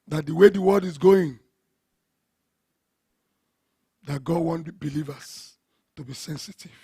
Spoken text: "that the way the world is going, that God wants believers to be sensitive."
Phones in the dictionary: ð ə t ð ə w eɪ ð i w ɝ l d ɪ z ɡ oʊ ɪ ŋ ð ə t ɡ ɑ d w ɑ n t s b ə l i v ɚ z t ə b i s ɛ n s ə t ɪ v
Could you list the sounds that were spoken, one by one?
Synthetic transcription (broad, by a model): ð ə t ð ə w eɪ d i w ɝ l d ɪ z ɡ oʊ ɪ ŋ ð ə t ɡ ɑ d w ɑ n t b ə l i v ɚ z t ə b i s ɛ n s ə t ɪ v